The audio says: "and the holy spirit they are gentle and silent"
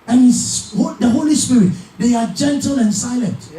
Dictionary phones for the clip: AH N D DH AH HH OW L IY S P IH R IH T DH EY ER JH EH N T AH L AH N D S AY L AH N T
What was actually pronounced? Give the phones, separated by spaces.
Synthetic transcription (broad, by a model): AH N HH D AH HH OW L IY S P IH R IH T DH EY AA JH EH N T AH L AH N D S AY L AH N T